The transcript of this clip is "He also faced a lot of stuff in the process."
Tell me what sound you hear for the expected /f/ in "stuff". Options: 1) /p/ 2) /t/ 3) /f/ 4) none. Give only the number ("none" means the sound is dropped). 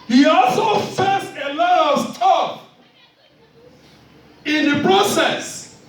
1